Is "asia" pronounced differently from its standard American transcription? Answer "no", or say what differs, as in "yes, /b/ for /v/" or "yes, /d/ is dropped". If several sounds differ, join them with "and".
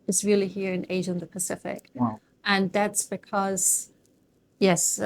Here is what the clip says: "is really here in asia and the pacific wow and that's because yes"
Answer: no